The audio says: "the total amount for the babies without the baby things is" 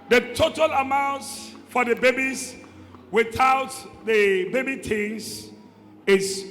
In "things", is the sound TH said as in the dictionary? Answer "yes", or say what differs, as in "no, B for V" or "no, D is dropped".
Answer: no, T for TH